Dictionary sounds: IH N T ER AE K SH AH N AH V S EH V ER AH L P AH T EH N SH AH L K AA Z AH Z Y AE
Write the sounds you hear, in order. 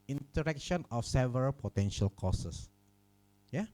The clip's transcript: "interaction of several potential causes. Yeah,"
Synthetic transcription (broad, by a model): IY N T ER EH K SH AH N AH F S EH V ER AH L P AH T EH N SH AH L K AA S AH S Y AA